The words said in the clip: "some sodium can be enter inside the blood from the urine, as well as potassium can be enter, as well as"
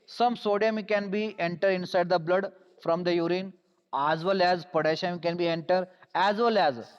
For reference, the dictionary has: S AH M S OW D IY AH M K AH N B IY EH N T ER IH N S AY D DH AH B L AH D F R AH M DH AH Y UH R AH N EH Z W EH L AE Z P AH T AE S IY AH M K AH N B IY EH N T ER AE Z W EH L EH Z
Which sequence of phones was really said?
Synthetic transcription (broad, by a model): S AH M S OW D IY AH M K AH N B IY EH N T ER IH N S AY D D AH B L AH D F R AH M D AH Y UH R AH N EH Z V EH L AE Z P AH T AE SH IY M K AH N B IY EH N T ER AE Z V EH L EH Z